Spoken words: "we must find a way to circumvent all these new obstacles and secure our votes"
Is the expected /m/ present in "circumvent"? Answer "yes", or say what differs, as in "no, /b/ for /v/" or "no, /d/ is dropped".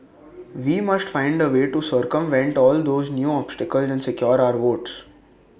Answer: yes